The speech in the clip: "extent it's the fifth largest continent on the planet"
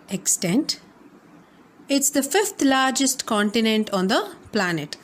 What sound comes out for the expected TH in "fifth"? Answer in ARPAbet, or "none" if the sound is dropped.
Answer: T